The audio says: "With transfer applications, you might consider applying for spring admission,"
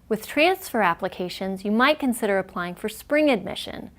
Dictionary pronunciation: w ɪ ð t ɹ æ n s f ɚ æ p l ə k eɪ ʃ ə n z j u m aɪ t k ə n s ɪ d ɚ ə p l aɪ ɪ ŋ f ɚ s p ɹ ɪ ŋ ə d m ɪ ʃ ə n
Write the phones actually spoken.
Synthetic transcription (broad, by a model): w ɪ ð t ɹ æ n s f ɚ æ p l ə k eɪ ʃ ə n z j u m aɪ t k ə n s ɪ d ɚ ə p l aɪ ɪ ŋ f ɚ s p ɹ ɪ ŋ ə d m ɪ ʃ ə n